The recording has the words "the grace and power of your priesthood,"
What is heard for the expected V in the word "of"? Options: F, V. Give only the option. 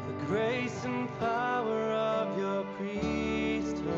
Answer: V